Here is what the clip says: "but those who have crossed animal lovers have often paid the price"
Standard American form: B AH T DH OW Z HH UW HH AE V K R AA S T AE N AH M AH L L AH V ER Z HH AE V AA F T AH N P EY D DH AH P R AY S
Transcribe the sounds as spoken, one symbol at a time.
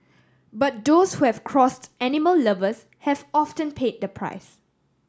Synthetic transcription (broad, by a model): B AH T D OW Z HH UW HH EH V K R AA S T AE N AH M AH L L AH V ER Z HH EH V AA F T AH N P EY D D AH P R AY S